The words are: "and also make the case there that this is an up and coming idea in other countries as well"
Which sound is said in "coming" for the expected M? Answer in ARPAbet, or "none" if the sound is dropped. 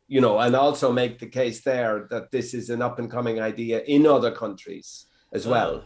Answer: M